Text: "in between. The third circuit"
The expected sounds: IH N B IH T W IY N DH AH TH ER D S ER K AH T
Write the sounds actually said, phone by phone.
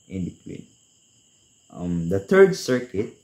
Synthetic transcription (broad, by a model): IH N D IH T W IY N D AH T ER D S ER K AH T